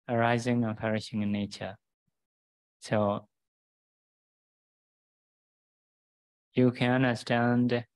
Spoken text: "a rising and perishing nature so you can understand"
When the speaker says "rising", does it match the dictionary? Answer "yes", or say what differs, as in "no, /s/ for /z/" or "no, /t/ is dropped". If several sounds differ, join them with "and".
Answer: yes